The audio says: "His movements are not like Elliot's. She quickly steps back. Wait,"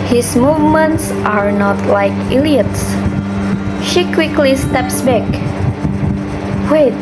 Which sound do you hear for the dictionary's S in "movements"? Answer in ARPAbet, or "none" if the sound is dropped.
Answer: S